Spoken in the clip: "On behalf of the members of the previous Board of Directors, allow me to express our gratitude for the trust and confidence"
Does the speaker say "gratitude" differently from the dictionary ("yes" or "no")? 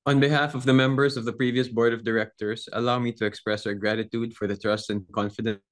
no